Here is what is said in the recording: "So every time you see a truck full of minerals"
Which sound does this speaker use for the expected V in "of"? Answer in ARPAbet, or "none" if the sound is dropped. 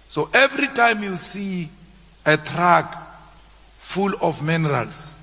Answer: F